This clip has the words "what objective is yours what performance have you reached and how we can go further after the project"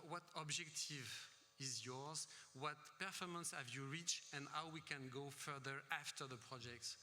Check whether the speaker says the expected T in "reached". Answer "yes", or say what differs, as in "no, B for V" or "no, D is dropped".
no, T is dropped